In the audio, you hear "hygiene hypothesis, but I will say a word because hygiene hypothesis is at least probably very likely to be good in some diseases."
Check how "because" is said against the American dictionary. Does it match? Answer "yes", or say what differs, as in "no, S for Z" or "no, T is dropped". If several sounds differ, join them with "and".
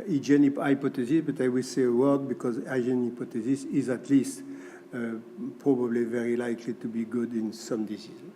yes